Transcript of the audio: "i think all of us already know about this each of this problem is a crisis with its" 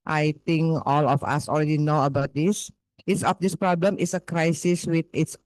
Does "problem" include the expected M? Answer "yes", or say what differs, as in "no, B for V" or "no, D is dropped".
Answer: yes